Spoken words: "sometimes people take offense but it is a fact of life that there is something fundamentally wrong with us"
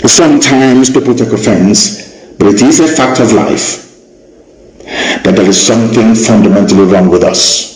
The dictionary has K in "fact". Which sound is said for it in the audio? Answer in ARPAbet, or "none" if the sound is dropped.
K